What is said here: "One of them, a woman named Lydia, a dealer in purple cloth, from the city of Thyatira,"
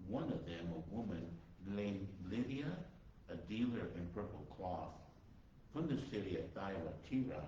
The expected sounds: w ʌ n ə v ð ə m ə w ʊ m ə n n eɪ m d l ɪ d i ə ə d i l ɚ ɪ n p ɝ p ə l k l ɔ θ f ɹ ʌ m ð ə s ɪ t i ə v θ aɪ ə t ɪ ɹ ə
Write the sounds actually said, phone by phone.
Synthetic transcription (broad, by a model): w ʌ n ə v ð ə m ə w ʊ m ə n l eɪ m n l ɪ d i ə ə d i l ɚ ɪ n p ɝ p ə l k l ɔ θ f ɹ ʌ m ð ə s ɪ t i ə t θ aɪ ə t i ɹ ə